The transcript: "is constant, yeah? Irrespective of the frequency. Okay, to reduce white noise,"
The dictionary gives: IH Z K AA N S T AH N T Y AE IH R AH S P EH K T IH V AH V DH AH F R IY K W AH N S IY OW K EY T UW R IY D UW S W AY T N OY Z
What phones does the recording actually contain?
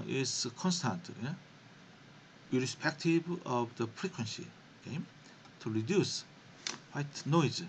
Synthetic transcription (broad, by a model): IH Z K AA N S T AH N T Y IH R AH S P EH K T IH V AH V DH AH F R IY K W AH N S IY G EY T UW R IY D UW S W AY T N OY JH